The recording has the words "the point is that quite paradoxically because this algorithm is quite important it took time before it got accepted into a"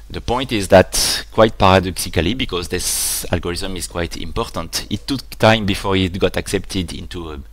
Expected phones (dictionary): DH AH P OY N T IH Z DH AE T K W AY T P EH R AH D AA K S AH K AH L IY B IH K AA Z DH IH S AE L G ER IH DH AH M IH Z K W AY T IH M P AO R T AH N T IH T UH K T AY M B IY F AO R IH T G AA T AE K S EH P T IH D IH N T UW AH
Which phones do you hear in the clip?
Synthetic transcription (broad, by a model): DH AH P OY N T IH Z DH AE T K W AY T P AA R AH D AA K S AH K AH L IY B IH K AA Z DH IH S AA L G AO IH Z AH M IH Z K W AY T IH M P AO R T AH N T IH T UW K T AY M B IY F AO R IH T G AA T AE K S EH P T IH D IH N T UW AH